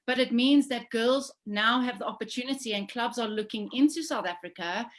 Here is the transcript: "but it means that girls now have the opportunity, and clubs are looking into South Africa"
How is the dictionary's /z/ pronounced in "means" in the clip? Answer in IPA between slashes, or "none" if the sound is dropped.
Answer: /z/